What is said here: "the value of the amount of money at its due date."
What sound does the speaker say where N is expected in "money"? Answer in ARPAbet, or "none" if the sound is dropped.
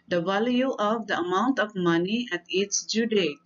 N